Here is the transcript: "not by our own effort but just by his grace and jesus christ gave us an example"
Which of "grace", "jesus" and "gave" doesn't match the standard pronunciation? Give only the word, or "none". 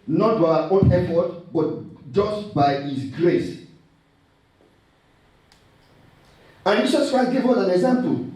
jesus